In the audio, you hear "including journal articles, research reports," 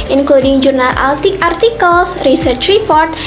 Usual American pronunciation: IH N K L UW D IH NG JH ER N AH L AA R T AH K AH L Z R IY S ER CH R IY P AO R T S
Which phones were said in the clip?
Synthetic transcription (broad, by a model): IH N K L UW D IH NG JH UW N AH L AA R T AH K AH L S R IY S ER CH R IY P AO R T